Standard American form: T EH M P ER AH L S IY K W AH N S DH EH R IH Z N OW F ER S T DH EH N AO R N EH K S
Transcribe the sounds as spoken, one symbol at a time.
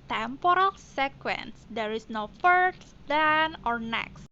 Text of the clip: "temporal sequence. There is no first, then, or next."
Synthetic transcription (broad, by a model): T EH M P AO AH L S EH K W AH N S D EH R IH S N OW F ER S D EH N AO R N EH K S